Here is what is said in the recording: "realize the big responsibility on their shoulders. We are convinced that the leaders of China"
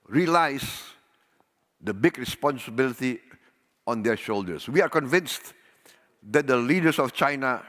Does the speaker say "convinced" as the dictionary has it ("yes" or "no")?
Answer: yes